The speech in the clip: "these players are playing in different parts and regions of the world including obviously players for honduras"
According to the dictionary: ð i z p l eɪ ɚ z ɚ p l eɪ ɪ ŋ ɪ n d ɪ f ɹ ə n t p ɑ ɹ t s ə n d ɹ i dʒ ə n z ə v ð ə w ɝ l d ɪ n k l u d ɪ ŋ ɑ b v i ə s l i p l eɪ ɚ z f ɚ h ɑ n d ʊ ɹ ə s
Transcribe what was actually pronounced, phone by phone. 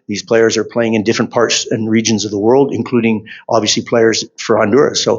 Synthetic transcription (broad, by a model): ð i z p l eɪ ɚ z ɚ p l eɪ ɪ ŋ ɪ n d ɪ f ɹ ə n p ɑ ɹ t s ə n ɹ i dʒ ə n z ə v ð ə w ɝ l d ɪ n k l u d ɪ ŋ ɑ b v i ə s l i p l eɪ ɚ z f ɚ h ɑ n d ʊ ɹ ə s